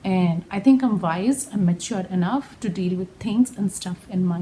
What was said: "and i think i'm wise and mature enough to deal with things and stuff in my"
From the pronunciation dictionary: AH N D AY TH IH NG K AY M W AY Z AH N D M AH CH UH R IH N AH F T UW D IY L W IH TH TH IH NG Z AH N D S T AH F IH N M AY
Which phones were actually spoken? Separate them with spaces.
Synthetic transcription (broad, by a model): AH N D AY T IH NG K AY M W AY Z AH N M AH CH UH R IH N AH F T UW D IY L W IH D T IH NG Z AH N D S T AH F IH N M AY